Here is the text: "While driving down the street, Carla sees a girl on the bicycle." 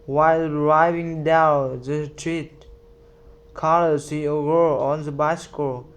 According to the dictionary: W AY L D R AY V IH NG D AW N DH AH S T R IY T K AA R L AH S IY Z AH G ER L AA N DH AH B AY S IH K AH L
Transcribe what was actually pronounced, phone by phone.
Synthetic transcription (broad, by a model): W AY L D R AY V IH NG D AW N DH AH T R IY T K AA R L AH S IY AH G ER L AA N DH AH B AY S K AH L